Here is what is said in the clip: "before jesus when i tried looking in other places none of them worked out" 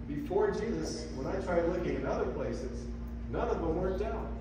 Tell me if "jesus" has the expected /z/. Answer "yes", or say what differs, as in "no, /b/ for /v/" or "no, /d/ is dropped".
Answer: yes